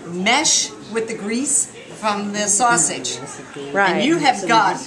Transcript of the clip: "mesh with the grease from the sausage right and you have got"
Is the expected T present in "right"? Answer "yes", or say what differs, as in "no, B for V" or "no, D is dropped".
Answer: no, T is dropped